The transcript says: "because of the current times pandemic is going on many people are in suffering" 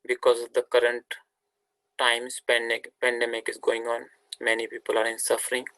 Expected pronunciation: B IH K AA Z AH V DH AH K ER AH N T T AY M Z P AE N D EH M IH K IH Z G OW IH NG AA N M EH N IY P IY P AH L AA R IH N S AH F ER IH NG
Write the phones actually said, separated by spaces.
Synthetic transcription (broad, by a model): B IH K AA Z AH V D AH K ER AH N T T AY M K P AE N D EH M IH K IH Z G OW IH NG AA N M EH N IY P IY P AH L AA R IH N S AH F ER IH NG